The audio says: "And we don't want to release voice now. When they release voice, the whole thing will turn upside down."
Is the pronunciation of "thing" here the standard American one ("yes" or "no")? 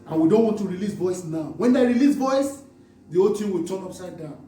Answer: no